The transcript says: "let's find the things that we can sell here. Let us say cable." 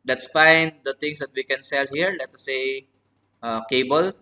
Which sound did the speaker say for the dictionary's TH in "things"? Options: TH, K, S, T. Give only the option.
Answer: T